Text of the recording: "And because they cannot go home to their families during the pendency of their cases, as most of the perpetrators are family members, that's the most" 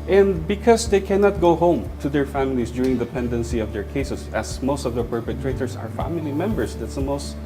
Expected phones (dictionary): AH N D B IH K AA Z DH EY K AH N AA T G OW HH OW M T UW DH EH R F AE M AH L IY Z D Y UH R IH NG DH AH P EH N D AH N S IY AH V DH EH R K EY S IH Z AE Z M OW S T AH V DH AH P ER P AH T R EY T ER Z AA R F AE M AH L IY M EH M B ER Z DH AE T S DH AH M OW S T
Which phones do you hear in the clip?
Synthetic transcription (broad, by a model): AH N D B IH K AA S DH EY K AH N AA T G OW HH OW M T UW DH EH R F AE M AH L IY S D Y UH R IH NG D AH P EH N D AH N S IY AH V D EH R K EY S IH S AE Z M OW S T AH V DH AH P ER P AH T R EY T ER S AA R F AE M AH L IY M EH M B ER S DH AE T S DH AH M OW S T